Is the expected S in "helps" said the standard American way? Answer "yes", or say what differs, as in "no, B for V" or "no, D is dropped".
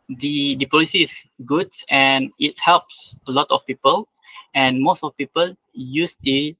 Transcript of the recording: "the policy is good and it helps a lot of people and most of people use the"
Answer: yes